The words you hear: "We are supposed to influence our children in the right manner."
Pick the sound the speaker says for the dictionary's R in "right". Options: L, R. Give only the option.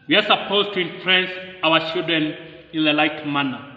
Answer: L